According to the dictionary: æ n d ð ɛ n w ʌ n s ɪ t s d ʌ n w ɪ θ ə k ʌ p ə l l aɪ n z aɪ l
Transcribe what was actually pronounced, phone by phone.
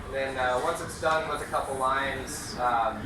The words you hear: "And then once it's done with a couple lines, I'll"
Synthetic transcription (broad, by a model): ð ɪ n w ʌ n s ɪ t s d ʌ n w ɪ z ə k ʌ p l l aɪ n z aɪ